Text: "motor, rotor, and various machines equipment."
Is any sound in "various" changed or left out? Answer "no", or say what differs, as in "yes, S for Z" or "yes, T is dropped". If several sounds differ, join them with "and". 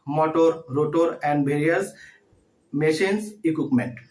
yes, B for V